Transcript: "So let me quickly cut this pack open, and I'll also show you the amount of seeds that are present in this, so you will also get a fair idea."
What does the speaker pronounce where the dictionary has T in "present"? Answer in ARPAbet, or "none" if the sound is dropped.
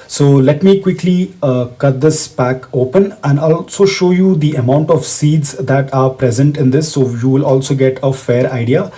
T